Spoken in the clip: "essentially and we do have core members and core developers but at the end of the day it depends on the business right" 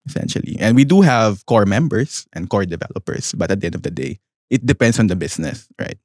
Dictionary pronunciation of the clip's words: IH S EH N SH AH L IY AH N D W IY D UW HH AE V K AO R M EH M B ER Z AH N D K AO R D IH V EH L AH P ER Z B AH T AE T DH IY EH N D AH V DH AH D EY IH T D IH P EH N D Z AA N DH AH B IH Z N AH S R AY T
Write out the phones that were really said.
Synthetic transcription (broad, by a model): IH S EH N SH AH L IY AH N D W IY D UW HH AE V K AO R M EH M B ER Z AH N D K AO R D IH V EH L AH P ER S B AH T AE T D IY EH N D AH V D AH D EY IH T D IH P EH N D S AA N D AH B IH S N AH S R AY T